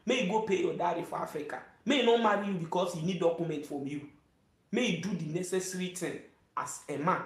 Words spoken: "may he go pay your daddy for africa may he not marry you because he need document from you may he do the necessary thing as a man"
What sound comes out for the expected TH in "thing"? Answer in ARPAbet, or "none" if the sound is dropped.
T